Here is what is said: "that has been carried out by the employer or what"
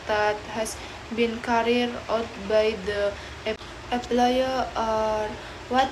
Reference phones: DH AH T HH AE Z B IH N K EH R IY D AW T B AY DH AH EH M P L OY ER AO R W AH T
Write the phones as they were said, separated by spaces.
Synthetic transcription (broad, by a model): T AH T HH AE S B IH N K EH R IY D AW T B AY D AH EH P L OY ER AO R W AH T